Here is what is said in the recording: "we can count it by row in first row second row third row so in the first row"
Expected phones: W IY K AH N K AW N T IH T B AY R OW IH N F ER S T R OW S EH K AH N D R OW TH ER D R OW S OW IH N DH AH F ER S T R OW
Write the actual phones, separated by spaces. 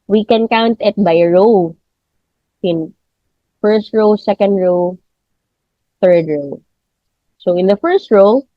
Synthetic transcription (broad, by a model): W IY K AH N K AW N T IH T B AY R OW IH N F ER S T R OW S EH K AH N D R OW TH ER D R OW S OW IH N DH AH F ER S T R OW